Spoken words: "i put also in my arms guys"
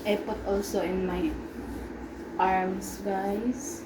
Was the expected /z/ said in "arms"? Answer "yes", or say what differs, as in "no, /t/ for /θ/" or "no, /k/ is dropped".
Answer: no, /s/ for /z/